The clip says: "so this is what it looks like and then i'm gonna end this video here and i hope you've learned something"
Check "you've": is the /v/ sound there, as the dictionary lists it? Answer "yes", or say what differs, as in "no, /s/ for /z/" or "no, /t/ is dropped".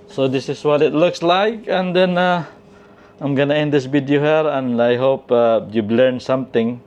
no, /b/ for /v/